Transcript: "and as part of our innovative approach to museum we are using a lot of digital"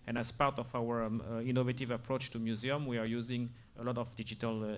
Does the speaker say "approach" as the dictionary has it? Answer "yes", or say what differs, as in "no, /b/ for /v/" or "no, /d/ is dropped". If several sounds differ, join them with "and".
yes